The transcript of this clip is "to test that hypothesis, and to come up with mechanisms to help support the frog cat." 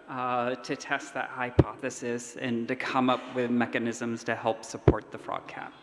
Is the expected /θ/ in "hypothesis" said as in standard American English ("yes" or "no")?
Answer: yes